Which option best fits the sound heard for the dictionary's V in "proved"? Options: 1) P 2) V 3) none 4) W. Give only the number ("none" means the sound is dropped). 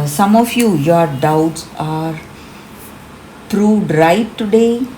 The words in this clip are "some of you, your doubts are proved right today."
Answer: 3